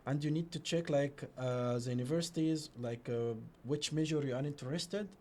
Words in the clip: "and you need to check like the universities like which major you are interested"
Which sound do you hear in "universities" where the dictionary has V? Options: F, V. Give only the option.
V